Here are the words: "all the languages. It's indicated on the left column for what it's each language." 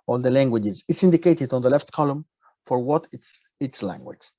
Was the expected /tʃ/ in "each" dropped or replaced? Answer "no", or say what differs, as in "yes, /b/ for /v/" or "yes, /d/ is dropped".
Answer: yes, /s/ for /tʃ/